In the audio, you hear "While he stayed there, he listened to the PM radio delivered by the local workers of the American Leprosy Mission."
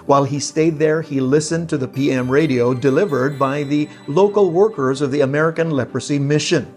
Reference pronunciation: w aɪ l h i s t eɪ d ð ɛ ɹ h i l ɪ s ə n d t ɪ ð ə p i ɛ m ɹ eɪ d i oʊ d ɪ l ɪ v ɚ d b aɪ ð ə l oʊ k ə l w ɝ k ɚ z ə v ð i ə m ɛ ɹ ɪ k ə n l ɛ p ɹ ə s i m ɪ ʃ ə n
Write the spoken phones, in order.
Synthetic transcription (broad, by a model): w aɪ l i s t eɪ d ð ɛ ɹ i l ɪ s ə n t ɪ ð ə p i ɛ m ɹ eɪ d i oʊ d ɪ l ɪ v ɚ d b aɪ ð ə l oʊ k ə l w ɝ k ɚ z ə v ð i ə m ɛ ɹ ɪ k ə n l ɛ p ɹ ə s i m ɪ ʃ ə n